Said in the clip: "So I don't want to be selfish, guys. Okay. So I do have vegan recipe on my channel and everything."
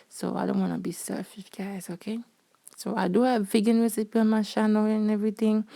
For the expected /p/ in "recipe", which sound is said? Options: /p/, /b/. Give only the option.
/p/